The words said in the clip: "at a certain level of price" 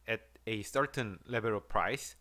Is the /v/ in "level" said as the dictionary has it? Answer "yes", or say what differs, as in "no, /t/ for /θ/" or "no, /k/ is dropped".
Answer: no, /b/ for /v/